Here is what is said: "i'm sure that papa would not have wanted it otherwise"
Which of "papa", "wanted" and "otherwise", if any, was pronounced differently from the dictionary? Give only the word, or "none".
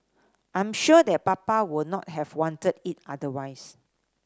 otherwise